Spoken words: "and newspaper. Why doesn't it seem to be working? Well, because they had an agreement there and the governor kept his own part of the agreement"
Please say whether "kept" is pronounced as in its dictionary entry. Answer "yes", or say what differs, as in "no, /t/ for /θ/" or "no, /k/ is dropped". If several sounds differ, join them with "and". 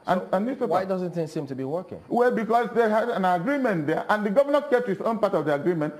no, /p/ is dropped